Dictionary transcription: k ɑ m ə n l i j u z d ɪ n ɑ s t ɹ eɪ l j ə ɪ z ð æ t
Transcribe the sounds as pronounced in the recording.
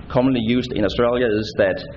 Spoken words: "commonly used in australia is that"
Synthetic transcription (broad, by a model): k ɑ m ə n l i j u s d ɪ n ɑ s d ɹ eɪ l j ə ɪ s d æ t